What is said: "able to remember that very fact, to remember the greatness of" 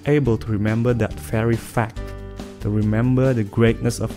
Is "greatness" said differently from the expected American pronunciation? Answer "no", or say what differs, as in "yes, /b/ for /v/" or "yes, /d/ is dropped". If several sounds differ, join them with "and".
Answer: no